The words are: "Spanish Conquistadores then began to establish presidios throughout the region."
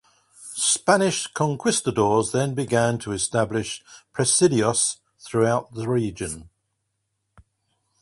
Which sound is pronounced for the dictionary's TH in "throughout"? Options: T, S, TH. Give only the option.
TH